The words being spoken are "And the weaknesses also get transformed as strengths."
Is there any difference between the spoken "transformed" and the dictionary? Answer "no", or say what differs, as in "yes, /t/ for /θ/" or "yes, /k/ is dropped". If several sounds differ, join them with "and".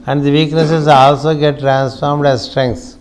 no